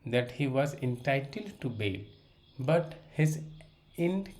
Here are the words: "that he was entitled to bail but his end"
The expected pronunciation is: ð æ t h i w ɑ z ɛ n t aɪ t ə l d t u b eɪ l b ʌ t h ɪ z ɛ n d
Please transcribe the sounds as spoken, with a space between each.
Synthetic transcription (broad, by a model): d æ t h i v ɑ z ɛ n t aɪ t ə l d t u b eɪ l b ʌ t h ɪ z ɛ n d